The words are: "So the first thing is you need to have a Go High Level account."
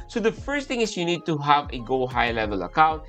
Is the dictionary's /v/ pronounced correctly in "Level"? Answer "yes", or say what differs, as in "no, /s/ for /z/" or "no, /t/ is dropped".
yes